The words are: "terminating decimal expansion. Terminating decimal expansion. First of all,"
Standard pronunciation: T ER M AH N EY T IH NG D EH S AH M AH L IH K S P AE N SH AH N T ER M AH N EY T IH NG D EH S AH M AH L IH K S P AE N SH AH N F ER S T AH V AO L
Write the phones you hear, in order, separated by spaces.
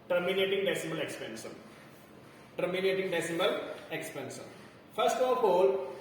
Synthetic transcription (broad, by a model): T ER M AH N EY T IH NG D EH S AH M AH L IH K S P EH N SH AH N T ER M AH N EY T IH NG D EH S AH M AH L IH K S P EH N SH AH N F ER S T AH P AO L